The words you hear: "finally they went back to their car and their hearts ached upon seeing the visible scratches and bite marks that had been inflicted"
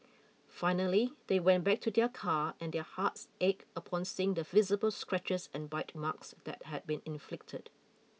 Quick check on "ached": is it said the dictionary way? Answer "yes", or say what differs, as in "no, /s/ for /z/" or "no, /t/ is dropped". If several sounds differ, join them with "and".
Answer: no, /t/ is dropped